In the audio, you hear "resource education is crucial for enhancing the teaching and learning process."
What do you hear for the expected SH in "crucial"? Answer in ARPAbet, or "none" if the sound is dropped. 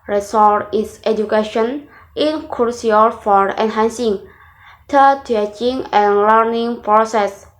none